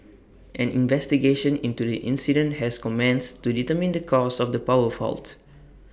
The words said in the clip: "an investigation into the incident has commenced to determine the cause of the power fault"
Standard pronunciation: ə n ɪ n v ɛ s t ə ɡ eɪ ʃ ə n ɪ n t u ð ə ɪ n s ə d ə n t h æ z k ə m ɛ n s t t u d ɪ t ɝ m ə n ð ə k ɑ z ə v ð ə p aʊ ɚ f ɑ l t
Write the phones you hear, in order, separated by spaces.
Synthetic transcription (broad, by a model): ə n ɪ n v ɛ s t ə ɡ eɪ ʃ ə n ɪ n t u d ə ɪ n s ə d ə n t h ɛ s k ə m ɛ n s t t u d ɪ t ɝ m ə n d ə k ɑ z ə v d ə p aʊ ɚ f ɑ l t